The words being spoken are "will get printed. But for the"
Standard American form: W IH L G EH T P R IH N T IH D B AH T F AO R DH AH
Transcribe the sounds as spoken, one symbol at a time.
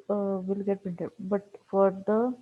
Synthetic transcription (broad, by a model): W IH L G EH T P IH N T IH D B AH T F AO R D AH